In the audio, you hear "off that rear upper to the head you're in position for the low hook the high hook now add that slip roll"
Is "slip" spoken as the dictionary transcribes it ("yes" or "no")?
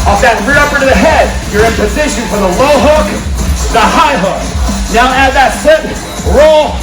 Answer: no